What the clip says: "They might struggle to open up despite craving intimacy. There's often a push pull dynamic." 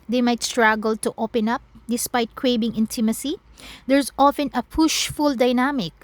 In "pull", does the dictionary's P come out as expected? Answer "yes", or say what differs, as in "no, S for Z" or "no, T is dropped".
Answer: no, F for P